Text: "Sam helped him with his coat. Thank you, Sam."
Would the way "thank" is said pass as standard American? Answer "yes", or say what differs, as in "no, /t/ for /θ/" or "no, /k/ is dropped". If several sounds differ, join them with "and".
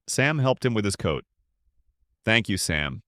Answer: yes